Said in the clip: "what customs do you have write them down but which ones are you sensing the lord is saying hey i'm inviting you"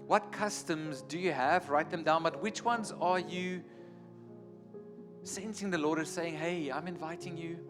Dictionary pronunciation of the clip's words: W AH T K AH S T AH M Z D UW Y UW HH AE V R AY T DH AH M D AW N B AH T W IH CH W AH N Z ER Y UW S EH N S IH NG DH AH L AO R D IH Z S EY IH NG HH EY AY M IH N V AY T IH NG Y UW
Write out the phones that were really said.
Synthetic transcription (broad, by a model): W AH T K AH S T AH M Z D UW Y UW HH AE V R AY T DH AH M D AW N B AH T W IH CH W AH N Z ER Y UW S EH N S IH NG DH AH L AO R D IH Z S EY IH NG HH EY AY M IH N V AY T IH NG Y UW